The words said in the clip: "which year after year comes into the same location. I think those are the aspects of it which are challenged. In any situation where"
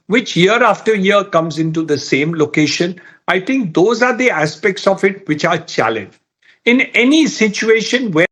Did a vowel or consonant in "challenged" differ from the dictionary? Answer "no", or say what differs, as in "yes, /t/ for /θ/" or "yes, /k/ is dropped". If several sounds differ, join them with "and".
yes, /d/ is dropped